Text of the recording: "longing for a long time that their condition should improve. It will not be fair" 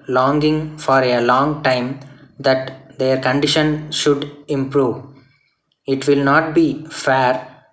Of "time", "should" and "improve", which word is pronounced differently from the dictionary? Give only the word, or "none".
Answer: none